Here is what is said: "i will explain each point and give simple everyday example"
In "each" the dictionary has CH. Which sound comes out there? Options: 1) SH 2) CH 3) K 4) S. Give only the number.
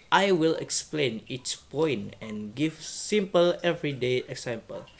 4